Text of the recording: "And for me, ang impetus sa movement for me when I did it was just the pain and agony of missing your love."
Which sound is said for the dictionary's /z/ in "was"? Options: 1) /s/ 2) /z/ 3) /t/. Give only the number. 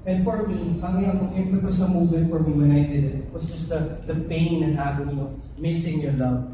1